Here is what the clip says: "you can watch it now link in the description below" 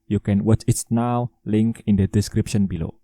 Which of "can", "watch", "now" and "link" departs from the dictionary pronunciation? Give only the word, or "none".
none